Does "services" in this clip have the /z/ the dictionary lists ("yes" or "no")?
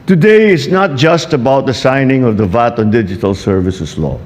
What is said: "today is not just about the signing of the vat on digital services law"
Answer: no